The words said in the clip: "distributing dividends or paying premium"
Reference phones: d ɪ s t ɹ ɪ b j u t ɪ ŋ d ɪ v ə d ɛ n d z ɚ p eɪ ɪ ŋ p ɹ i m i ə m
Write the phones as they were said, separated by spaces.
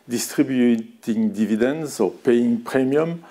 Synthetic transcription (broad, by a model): d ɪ s t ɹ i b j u t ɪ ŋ d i v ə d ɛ n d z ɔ p eɪ ɪ ŋ p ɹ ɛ m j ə m